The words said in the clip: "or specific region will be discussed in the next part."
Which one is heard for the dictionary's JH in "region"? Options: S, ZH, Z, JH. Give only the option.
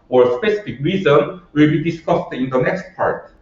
Z